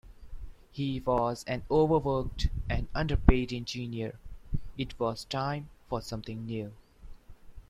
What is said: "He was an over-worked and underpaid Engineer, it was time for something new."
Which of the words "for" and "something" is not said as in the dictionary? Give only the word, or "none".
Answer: something